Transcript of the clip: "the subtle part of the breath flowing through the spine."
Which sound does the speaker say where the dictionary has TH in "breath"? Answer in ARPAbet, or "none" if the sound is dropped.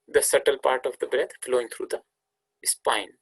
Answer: T